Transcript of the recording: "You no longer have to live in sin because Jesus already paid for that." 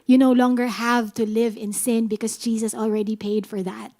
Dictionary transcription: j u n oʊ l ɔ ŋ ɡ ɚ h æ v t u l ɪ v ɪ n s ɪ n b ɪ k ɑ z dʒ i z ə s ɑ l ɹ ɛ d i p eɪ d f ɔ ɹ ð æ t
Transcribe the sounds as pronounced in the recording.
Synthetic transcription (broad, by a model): j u n oʊ l ɔ ŋ ɡ ɚ h æ v t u l ɪ v ɪ n s ɪ n b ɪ k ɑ s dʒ i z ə s ɑ l ɹ ɛ d i p eɪ d f ɔ ɹ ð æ t